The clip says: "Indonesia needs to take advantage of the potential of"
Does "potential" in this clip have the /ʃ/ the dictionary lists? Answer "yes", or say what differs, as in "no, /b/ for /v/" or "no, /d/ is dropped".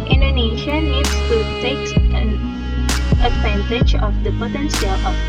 no, /s/ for /ʃ/